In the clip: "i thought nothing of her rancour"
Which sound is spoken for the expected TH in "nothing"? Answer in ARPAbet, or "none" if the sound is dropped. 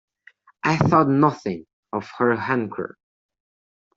TH